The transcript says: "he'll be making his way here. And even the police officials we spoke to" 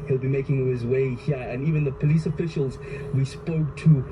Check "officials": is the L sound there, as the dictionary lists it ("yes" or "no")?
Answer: yes